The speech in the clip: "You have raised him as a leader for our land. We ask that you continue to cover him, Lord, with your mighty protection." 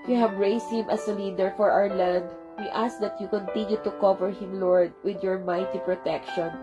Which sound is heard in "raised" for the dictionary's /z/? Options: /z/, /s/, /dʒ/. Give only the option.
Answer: /s/